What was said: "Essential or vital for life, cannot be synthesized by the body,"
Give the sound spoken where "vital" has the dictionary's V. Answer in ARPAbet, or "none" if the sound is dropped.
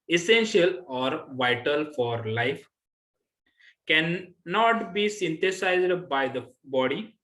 V